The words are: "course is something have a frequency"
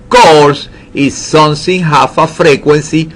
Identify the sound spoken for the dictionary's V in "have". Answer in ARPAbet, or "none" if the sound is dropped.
F